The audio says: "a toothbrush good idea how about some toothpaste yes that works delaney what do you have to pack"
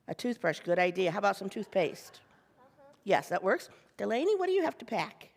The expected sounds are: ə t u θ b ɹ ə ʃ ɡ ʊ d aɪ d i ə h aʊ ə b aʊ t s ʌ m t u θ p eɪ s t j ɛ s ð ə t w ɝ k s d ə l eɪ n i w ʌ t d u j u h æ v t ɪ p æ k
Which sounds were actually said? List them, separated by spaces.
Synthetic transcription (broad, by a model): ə t u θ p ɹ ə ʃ ɡ ʊ d aɪ d i ə h aʊ ə b aʊ t s ʌ m t u θ p eɪ s t j ɛ s ð ə t w ɝ k s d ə l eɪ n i w ʌ t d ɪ j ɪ h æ f t ɪ p æ k